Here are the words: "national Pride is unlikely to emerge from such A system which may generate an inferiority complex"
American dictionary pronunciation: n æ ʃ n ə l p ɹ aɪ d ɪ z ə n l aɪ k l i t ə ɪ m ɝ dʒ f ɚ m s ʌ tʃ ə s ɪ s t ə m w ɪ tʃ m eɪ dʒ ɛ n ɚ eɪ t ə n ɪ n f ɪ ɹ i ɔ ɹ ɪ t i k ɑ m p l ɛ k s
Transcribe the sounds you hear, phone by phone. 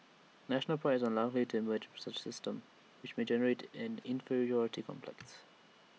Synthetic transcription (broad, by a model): n æ ʃ n ə l p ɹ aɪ ɪ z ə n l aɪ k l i t ə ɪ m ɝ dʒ s ʌ tʃ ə s ɪ s t ə m w ɪ tʃ m eɪ dʒ ɛ n ɚ eɪ t ə n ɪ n f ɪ ɹ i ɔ ɹ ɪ t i k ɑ m p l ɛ k s